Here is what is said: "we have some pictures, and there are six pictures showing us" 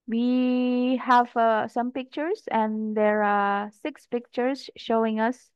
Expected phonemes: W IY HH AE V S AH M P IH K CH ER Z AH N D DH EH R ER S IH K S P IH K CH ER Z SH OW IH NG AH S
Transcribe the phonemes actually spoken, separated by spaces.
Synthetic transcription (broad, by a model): W IY HH AE V S AH M P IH K CH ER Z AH N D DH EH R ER S IH K S P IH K CH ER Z SH OW IH NG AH S